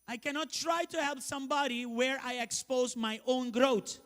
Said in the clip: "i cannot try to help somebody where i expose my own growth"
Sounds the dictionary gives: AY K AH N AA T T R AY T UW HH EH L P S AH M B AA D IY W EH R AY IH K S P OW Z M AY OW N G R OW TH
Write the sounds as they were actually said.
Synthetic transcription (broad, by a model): AY K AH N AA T T R AY T UW HH EH L P S AH M B AA D IY W EH R AY IH K S P OW Z M AY OW N G R OW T